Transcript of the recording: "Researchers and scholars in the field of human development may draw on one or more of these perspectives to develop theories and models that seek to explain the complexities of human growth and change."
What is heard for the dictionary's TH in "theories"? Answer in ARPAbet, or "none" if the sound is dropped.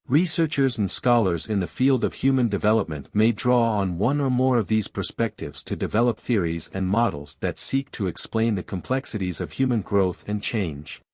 TH